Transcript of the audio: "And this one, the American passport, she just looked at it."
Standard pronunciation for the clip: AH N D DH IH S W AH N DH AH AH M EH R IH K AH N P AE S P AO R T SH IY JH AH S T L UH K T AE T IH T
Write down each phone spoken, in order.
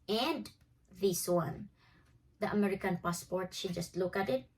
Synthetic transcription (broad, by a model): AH N D DH IH S W AH N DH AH AH M EH R IH K AH N P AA S P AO R T SH IY JH AH S T L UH K AE T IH T